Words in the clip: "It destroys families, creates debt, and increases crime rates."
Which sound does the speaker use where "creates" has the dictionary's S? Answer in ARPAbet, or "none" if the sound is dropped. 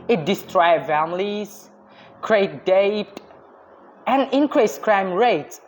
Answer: none